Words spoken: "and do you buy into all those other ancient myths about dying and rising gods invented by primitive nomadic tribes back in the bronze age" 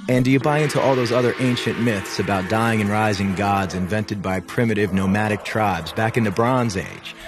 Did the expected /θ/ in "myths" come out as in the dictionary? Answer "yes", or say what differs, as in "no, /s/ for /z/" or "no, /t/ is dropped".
yes